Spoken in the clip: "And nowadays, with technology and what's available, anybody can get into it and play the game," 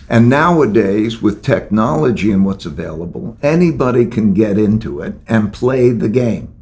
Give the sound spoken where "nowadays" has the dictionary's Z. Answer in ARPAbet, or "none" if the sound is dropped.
Z